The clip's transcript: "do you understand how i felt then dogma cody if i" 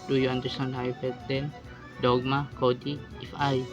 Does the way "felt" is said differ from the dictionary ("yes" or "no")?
yes